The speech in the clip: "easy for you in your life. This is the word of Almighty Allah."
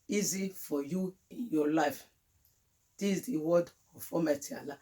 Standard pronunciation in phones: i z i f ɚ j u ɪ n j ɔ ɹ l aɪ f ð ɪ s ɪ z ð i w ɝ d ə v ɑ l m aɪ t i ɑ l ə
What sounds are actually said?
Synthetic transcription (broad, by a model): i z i f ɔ j u ɪ n j ɔ l aɪ f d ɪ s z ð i w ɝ d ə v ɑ m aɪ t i ɑ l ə